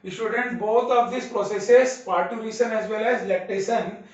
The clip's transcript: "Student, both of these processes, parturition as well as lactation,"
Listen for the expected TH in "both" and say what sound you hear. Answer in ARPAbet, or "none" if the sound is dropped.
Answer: T